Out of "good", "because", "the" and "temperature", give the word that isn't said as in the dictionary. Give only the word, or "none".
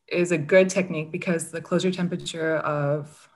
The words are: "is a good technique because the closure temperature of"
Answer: none